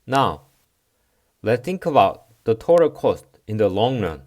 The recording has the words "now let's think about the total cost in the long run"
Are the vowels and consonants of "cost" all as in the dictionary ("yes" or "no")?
yes